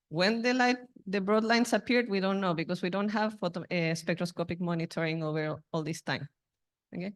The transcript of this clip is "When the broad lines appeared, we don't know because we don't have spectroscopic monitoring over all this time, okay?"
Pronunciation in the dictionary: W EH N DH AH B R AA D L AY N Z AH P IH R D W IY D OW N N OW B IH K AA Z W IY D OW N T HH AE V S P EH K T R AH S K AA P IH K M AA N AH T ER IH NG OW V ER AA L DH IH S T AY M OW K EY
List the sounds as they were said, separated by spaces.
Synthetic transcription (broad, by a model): W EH N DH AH B R AA D L AY N S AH P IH R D W IY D OW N N OW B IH K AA S W IY D OW N T HH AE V S P EH K T R AH S K AA P IH K M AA N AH T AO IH NG OW V ER AA L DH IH S T AY M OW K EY